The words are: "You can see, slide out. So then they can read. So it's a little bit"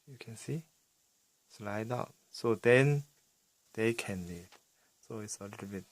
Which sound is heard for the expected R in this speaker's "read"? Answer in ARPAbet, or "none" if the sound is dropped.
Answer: L